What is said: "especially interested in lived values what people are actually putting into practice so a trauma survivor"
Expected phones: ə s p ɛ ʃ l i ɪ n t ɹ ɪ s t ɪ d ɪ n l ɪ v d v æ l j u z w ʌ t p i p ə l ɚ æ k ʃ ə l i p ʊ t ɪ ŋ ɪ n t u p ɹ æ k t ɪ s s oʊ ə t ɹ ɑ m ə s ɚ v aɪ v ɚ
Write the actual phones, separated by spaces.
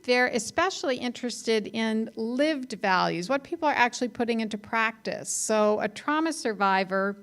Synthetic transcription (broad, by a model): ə s p ɛ ʃ l i ɪ n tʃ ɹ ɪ s t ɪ d ɪ n l ɪ v d v æ l j u z w ʌ t p i p l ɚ æ k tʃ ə l i p ʊ t ɪ ŋ ɪ n t u p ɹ æ k t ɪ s s oʊ ə t ɹ ɑ m ə s ɚ v aɪ v ɚ